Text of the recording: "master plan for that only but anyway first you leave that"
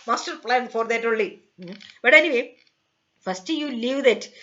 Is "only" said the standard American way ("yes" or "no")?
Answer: no